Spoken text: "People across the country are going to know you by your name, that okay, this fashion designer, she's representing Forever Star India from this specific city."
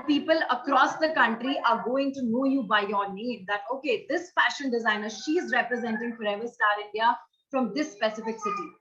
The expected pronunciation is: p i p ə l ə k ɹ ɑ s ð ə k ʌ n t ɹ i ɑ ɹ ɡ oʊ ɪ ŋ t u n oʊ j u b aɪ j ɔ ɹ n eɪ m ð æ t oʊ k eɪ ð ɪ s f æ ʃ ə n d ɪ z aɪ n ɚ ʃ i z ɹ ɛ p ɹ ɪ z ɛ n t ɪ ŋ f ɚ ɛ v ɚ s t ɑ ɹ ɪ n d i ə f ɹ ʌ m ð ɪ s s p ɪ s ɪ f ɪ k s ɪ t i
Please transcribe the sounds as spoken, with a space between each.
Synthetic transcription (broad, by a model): p i p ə l ə k ɹ ɑ s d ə k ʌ n t ɹ i ɑ ɹ ɡ oʊ ɪ ŋ t u n oʊ j u b aɪ j ɔ ɹ n eɪ m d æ t oʊ k eɪ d ɪ s f æ ʃ ə n d ɪ z aɪ n ɚ ʃ i z ɹ ɛ p ɹ ɪ z ɛ n t ɪ ŋ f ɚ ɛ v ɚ s t ɑ ɹ ɪ n d i ə f ɹ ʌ m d ɪ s s p ɪ s ɪ f ɪ k s ɪ t i